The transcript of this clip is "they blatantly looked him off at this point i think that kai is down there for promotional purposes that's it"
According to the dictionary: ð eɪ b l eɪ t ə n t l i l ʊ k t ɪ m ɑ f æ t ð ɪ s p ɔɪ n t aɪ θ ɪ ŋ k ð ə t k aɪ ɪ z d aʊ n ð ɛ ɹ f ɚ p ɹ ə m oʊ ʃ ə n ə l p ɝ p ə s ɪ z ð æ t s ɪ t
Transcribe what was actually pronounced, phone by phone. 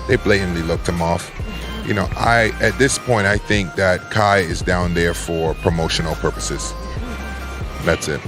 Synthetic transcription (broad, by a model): ð eɪ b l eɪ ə n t l i l ʊ k t ɪ m ɑ f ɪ t ð ɪ s p ɔɪ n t aɪ θ ɪ ŋ k ð ə t k aɪ ɪ z d aʊ n ð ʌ ɹ f ɚ p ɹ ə m oʊ ʃ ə n l p ɝ p ə s ɪ z ð æ t s ɪ t